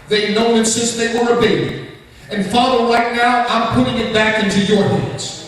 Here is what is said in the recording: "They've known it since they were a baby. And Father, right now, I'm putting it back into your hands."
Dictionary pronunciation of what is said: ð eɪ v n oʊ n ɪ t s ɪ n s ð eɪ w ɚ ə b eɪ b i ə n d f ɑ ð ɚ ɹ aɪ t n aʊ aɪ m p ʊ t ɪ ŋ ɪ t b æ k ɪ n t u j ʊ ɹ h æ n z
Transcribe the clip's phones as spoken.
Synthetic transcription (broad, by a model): ð eɪ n oʊ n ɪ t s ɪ s ð eɪ w ɚ ə b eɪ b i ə n f ɑ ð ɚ ɹ aɪ t n aʊ aɪ m p ʊ t ɪ ŋ ɪ t b æ k ɪ n t u j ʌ ɹ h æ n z